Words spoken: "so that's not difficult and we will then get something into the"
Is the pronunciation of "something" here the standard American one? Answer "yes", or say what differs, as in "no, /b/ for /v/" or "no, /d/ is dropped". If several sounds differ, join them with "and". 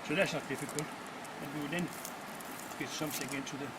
no, /s/ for /θ/